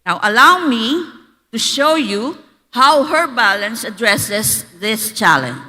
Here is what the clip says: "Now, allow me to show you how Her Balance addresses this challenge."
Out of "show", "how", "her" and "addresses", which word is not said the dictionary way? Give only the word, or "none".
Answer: addresses